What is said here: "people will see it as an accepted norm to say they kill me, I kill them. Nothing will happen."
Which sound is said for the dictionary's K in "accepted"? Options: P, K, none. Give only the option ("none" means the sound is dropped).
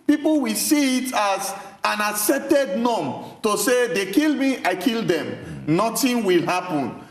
none